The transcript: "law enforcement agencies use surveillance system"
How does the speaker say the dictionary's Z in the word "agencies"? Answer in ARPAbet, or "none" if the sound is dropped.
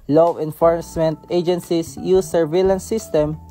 S